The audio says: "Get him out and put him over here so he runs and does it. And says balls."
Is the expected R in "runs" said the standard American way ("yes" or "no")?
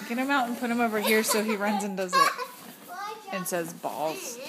yes